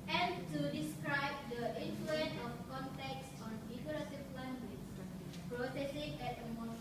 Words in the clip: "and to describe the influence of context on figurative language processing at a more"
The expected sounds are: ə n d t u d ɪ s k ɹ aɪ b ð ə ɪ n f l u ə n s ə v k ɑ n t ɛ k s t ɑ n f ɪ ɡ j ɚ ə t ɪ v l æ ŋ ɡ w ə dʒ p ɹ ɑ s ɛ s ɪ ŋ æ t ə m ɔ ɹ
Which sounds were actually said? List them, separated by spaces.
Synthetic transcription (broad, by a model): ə n t u d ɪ s k ɹ aɪ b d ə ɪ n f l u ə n ə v k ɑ n t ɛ k s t ɑ n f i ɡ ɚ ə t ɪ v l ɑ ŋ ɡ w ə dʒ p ɹ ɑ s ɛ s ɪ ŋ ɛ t ə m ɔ